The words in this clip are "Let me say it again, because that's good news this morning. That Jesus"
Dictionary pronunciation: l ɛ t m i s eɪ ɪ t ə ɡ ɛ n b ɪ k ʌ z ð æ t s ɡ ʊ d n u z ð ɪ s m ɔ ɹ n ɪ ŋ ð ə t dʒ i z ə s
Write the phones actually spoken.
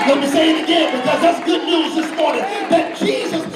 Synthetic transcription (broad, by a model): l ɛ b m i s eɪ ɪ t ə ɡ ɛ n b ɪ k ʌ z ð æ t s ɡ ʊ d n u z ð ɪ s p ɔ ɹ ɪ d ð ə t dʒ i z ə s